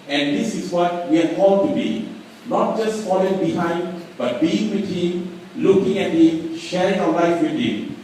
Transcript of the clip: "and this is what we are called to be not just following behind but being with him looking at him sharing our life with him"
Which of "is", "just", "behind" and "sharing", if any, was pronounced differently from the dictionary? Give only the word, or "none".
is